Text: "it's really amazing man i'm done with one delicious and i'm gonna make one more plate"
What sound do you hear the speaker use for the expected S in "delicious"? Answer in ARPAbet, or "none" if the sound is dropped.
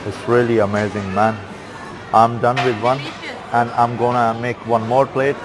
none